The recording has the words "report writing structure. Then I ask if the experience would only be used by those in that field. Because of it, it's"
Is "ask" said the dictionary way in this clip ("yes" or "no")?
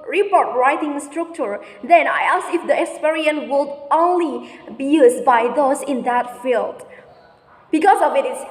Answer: no